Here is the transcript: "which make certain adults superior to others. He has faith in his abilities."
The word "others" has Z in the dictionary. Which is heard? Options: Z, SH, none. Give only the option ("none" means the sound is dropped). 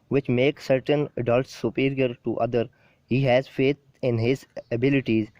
none